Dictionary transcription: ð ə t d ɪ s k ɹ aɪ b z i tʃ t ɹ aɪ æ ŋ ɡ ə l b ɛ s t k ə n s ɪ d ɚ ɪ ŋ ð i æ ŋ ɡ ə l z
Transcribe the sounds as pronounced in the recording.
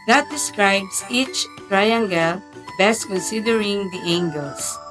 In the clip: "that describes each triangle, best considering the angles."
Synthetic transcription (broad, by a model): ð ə t d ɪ s k ɹ aɪ b s i tʃ t ɹ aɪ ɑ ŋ ɡ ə l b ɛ s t k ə n s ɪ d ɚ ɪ ŋ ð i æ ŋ ɡ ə l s